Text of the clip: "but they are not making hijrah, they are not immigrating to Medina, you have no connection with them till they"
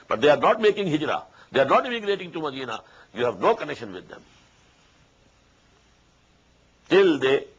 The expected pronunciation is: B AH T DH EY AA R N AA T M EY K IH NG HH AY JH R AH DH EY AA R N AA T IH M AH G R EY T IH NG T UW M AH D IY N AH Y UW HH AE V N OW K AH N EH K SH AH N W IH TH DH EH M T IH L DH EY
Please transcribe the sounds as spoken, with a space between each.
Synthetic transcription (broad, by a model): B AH T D EY AA R N AA T M EY K IH NG HH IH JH R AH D EY AA R N AA T IH M AH G R EY T IH NG T UW M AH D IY N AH Y UW HH AE V N OW K AH N EH K SH AH N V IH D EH M T IH L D EY